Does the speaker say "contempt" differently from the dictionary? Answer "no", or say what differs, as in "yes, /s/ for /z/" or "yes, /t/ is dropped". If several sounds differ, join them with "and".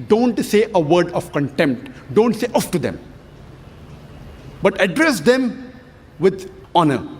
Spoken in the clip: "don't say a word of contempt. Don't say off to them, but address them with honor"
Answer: no